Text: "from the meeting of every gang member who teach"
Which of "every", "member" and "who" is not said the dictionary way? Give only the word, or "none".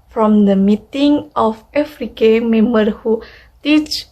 every